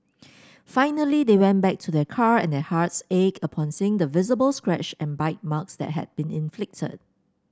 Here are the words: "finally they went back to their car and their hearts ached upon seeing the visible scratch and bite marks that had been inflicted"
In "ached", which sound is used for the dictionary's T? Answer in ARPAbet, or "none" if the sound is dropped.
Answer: none